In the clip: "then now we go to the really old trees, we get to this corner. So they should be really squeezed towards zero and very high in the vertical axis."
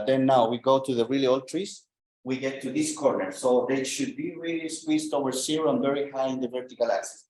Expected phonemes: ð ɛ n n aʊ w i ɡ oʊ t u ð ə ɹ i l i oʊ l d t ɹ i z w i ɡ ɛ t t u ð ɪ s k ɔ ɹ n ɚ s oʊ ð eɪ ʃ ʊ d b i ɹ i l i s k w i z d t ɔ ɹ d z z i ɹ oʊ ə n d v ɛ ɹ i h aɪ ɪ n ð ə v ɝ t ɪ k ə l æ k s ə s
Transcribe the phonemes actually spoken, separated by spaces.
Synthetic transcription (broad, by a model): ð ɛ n n aʊ w i ɡ oʊ t u ð ə ɹ i l i oʊ l d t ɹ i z w i ɡ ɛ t t u ð ɪ s k ɔ ɹ n ɚ s oʊ ð eɪ ʃ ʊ d b i ɹ i l i s w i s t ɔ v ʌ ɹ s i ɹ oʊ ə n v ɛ ɹ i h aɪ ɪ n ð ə v ɝ t ɪ k ə l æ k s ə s